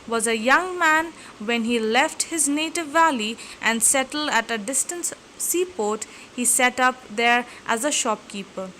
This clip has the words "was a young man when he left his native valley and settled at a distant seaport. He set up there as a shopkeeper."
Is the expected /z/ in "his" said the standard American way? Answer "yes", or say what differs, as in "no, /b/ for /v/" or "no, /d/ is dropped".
yes